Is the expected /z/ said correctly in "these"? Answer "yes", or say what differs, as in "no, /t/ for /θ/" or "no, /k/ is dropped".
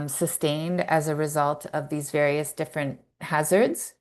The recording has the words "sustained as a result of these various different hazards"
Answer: yes